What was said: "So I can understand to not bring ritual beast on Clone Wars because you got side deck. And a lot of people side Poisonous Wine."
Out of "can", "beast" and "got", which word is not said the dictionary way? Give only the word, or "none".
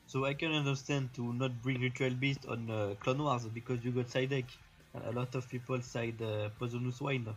none